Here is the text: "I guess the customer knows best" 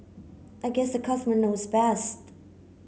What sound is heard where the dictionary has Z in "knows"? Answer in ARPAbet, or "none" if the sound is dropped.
Z